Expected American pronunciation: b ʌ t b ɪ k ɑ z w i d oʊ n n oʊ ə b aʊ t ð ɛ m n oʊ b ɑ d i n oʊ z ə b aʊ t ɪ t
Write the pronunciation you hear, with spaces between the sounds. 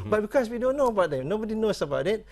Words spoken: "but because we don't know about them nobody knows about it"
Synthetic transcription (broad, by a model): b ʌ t b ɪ k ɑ s w i d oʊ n n oʊ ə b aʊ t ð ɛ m n oʊ b ɑ d i n oʊ s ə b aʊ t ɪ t